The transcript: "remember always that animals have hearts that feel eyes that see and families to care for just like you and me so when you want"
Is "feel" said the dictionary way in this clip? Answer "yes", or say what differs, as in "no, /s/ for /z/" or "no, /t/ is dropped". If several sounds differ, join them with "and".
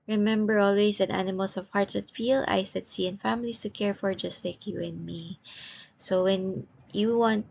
yes